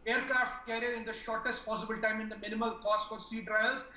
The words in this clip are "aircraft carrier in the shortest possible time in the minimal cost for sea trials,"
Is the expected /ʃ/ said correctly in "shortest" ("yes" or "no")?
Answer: yes